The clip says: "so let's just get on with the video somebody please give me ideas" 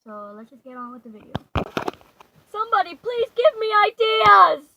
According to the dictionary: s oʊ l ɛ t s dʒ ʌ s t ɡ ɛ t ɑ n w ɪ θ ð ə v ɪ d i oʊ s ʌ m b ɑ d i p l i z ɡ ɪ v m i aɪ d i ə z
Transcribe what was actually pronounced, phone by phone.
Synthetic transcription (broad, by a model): s oʊ l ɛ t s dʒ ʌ s ɡ ɛ t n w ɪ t ð ə v ɪ d i oʊ s ʌ m b ɑ d i p l i z ɡ ɪ v m i aɪ d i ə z